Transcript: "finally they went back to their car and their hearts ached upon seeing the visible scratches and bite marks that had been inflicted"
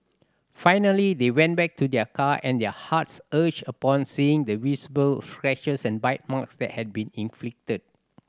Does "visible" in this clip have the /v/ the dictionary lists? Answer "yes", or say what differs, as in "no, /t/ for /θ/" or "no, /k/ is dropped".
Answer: no, /w/ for /v/